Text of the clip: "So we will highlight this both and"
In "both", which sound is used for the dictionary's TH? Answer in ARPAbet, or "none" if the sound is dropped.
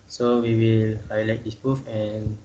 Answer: F